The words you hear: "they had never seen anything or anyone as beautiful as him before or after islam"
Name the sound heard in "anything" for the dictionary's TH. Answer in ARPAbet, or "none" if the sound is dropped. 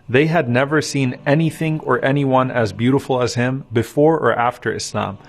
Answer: TH